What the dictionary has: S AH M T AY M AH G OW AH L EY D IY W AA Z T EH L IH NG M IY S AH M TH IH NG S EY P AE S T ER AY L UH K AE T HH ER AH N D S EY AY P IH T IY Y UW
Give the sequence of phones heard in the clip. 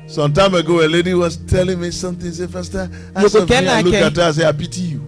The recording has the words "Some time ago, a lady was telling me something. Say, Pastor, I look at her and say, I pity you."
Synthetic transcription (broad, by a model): S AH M T AY M AH G OW AH L EY D IY W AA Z T EH L IH NG M IY S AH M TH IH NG S EY F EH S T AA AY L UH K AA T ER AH S EY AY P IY T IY Y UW